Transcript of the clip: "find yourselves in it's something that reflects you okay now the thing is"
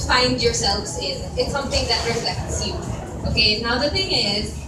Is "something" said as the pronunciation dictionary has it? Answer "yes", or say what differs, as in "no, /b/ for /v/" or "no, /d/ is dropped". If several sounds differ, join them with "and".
yes